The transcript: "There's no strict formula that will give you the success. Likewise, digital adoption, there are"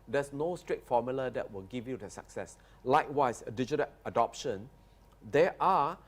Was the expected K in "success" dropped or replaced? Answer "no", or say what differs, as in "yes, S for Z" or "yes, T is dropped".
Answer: no